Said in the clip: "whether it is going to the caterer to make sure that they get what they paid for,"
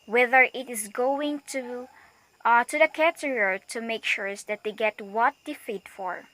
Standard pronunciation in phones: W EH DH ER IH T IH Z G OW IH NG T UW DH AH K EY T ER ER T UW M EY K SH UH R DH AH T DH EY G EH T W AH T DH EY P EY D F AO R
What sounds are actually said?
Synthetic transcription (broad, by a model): W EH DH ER IH T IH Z G OW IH NG T UW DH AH K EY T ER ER T UW M EY K SH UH R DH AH T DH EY G EH T W AH T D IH F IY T F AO R